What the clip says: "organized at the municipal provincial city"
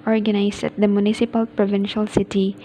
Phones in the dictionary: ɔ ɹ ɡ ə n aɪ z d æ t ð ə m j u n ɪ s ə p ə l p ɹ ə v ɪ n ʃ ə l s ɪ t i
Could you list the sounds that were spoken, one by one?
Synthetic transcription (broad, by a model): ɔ ɹ ɡ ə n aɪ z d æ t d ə m j u n ɪ s ə p ə l p ɹ ə v ɪ n ʃ ə l s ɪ t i